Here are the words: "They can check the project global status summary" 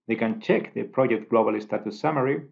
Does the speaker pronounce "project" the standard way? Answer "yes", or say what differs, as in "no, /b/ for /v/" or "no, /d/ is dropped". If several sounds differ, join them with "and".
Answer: yes